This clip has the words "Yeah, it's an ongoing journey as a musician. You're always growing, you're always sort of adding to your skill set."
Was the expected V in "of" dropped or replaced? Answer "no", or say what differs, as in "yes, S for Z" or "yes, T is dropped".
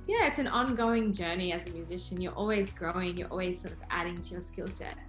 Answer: no